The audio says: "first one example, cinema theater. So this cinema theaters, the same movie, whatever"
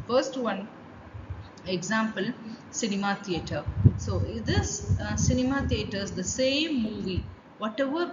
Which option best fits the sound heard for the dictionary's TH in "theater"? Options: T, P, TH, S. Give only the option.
T